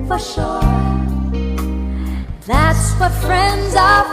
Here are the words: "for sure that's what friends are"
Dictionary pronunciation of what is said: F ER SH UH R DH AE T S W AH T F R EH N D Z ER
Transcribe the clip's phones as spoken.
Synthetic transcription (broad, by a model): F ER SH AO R DH AE T S W AH T F R EH N D Z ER